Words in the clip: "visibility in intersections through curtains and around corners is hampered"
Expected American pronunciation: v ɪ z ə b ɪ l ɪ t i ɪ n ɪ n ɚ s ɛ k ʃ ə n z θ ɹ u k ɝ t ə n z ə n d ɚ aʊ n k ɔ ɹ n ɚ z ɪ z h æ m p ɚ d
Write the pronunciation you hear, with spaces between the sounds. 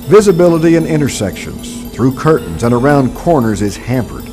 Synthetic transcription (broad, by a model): v ɪ z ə b ɪ l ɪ t i ɪ n ɪ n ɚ s ɛ k ʃ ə n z θ ɹ u k ɝ t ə n z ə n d ɚ aʊ n k ɔ ɹ n ɚ z ɪ z h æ m p ɚ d